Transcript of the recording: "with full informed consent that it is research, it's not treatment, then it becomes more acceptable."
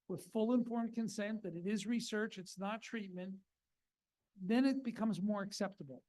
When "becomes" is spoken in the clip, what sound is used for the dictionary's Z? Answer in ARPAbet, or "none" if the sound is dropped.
Z